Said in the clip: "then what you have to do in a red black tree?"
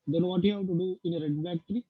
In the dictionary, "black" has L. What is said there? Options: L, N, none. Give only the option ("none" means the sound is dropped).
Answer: none